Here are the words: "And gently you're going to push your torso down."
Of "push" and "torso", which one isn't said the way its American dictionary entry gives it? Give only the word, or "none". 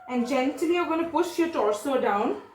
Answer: none